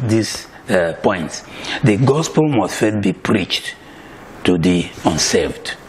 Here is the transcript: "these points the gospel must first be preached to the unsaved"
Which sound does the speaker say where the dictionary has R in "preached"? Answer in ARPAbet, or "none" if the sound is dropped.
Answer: R